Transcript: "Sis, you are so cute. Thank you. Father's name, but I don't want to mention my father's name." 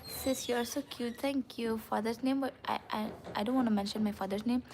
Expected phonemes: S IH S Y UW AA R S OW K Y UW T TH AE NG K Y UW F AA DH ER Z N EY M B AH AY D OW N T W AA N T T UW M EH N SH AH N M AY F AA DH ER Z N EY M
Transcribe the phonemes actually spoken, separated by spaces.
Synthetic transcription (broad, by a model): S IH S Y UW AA L S OW K Y UW T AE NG K Y UW F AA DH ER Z N EY M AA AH AY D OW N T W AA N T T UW M EH N SH AH N M AY F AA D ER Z N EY M